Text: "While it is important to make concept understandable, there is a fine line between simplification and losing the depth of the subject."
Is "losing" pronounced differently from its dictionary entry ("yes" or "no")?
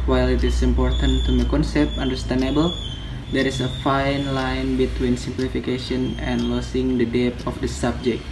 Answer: yes